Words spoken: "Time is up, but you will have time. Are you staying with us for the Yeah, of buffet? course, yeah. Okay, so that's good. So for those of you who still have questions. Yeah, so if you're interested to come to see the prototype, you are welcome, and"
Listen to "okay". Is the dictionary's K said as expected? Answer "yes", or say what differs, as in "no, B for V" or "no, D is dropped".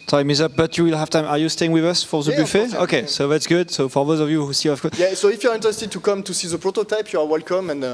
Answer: yes